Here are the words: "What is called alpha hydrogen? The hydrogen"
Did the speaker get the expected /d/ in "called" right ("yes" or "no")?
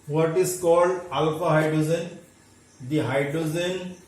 yes